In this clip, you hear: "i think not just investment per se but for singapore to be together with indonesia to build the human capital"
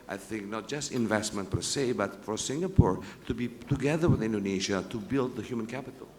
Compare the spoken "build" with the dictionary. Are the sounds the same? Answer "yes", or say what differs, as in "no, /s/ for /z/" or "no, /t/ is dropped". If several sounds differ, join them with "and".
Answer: yes